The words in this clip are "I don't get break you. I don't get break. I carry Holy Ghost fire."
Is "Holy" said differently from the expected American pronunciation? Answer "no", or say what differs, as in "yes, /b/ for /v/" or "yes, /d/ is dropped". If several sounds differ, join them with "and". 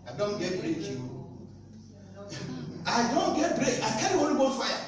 yes, /n/ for /l/